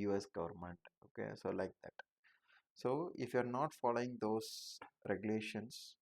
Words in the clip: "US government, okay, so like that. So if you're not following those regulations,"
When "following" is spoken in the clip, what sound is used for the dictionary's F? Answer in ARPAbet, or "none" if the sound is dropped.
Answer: F